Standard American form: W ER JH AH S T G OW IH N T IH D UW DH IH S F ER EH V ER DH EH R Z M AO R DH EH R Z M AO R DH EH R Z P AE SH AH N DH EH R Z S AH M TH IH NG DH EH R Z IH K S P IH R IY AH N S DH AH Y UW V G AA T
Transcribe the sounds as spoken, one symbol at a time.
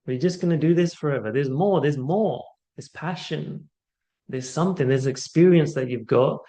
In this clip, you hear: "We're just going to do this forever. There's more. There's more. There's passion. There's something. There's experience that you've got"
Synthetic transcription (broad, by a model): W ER JH AH S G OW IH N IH D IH DH IH S F ER EH V ER DH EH R Z M AO R DH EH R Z M AO R DH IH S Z P AE SH AH N DH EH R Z S AH M TH IH NG DH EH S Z IH K S P IH R IY AH N S DH AH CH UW V G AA T